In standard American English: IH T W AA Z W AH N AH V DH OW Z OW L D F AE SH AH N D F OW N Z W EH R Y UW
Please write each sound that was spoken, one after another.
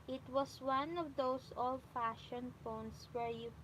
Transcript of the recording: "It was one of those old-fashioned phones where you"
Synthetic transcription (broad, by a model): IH T W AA S W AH N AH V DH OW S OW L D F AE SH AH N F OW N S W EH R Y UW